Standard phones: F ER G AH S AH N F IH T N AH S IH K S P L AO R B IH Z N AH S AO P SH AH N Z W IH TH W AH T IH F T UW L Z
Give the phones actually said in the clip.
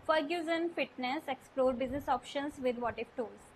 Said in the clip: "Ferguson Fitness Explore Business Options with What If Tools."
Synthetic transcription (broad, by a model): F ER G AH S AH N F IH T N AH S IH K S P L AO R B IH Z N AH S AO P SH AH N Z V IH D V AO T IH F T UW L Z